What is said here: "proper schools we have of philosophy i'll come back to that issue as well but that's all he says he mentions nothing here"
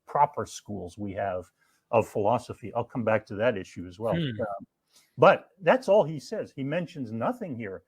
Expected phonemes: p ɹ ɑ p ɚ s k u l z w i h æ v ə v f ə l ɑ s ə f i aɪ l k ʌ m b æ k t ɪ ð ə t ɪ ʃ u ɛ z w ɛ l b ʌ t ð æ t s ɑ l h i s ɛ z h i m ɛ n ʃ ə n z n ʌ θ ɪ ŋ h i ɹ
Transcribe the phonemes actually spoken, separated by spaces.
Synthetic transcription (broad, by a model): p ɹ ɑ p ɚ s k u l z w i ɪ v ə v f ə l ɑ s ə f i aɪ l k ʌ m b æ k t ɪ ð ə t ɪ ʃ u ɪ z w ɛ l b ʌ t ð æ t s ɑ l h i s ɛ z h i m ɛ n ʃ ə n z n ʌ θ ɪ ŋ h i ɹ